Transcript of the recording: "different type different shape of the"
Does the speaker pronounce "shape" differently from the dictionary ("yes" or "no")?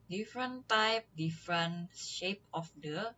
no